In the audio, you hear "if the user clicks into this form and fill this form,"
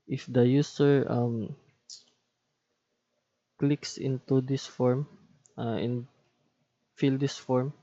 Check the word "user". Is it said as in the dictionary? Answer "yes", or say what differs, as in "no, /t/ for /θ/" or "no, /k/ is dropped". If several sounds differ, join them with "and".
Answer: no, /s/ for /z/